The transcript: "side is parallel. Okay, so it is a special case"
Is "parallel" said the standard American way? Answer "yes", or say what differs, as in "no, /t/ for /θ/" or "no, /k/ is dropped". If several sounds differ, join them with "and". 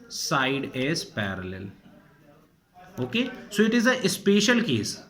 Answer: yes